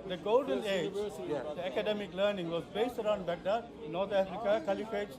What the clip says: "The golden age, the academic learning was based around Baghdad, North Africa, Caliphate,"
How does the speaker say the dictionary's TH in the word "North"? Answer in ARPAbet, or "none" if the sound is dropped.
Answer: T